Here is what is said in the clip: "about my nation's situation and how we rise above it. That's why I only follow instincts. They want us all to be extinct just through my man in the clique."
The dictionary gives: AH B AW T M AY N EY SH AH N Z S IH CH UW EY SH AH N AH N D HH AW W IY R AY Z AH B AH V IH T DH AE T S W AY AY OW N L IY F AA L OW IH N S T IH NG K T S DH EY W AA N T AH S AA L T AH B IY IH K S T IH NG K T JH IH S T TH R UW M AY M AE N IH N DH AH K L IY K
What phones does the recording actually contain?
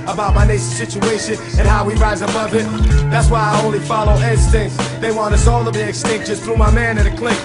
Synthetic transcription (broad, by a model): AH B AW T M AY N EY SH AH S IH CH UW EY SH AH N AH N HH AW W IY R AY Z AH B AH V IH T DH AE T S W AY AY OW N L IY F AA L OW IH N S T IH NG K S DH EY W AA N AH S AA L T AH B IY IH K S T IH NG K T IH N TH R UW M AY M AE N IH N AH K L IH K